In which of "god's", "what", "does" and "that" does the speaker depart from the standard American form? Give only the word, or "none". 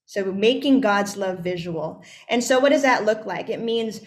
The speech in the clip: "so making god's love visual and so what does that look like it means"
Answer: none